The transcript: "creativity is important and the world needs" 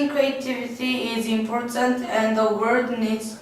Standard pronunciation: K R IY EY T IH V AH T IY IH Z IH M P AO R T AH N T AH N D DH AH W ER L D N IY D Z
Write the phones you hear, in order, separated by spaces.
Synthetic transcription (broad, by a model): K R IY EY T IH V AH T IY IH Z IH M P AO R T AH N T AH N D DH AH W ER D N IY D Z